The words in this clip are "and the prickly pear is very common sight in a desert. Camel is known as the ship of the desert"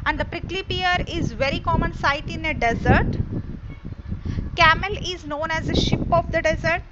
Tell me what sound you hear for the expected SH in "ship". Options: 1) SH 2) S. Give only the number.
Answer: 1